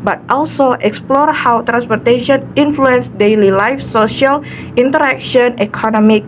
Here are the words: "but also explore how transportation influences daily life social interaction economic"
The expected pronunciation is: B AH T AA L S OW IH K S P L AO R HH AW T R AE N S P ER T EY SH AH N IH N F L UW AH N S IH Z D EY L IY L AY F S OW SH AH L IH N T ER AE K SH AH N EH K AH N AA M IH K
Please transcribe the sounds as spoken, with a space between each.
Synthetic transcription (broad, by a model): B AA T AA L S OW IH K S P L AO R HH AW T R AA N S P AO T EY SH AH N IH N F L UW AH N S D EY L IY L AY F S OW SH AH L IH N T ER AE K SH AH N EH K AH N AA M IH K